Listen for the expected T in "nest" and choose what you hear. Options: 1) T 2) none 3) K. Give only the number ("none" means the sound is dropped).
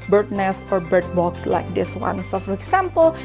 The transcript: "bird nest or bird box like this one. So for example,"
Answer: 2